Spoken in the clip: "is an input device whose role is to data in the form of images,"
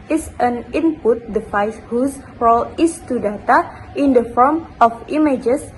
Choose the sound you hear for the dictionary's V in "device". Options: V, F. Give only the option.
F